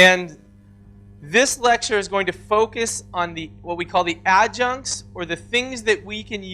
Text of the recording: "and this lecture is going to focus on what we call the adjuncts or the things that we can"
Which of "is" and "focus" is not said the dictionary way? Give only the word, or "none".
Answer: none